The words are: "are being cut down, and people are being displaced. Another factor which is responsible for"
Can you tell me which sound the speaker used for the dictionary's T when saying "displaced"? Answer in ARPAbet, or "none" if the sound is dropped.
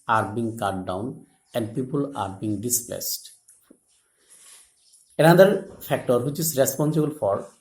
T